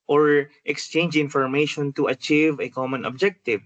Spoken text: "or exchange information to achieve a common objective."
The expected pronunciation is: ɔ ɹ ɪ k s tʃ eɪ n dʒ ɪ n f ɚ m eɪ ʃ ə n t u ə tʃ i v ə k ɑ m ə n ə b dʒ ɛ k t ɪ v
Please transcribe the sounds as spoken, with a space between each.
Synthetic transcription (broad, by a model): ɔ ɹ ɪ k s tʃ eɪ n dʒ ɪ n f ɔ m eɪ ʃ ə n t u ə tʃ i v ə k ɑ m ə n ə b dʒ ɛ k t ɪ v